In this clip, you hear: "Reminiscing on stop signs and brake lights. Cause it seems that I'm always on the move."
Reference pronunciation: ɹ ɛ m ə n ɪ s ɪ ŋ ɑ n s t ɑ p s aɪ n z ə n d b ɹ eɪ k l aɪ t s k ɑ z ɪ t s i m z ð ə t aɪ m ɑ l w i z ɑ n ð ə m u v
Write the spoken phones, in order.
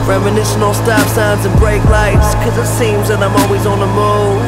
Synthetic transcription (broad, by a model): ɹ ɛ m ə n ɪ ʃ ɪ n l s t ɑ f s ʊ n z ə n b ɹ eɪ k l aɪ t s k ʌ z ɪ t s i m z ð ə t aɪ m ɑ l w i z n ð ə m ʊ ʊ